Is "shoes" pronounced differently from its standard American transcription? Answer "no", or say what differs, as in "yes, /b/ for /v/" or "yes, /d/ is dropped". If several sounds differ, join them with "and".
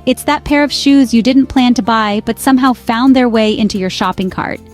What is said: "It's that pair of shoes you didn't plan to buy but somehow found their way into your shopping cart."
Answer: no